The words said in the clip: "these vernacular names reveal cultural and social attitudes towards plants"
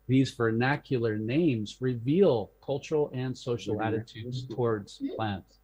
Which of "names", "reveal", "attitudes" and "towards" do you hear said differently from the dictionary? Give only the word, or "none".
none